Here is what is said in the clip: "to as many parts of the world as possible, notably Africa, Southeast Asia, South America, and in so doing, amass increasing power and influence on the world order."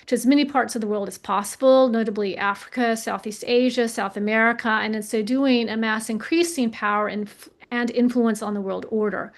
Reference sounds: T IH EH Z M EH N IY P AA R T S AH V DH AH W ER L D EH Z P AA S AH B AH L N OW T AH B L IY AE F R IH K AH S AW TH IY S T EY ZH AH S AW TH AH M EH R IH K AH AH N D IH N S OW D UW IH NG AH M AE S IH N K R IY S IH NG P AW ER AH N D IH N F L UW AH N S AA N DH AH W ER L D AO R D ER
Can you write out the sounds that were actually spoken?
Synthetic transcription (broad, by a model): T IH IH Z M EH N IY P AA R T S AH V DH AH W ER L D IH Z P AA S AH B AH L N OW T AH B L IY AE F R IH K AH S AW TH IY S T EY ZH AH S AW TH AH M EH R IH K AH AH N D IH N S OW D UW IH NG AH M AE S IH N K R IY S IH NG P AW ER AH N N IH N F L UW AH N S N DH AH W ER L D AO R D ER